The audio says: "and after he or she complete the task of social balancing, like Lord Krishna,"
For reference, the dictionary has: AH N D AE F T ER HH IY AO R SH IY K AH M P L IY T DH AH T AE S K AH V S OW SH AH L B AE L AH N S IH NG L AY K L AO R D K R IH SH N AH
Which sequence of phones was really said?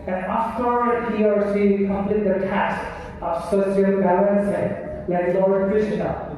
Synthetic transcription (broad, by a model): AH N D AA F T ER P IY AO R S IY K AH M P L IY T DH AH T AE S K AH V S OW S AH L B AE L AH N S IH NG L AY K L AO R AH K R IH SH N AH